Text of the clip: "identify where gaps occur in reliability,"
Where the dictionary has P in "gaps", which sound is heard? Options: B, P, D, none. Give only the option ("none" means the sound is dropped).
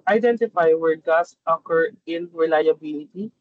none